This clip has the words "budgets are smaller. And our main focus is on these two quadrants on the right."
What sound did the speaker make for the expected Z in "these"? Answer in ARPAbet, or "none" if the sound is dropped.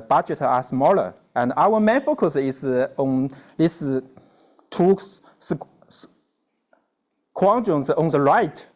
S